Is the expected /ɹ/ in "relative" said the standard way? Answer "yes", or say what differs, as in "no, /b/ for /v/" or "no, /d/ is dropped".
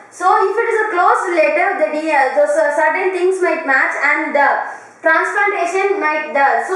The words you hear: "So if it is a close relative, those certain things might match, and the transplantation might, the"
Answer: no, /l/ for /ɹ/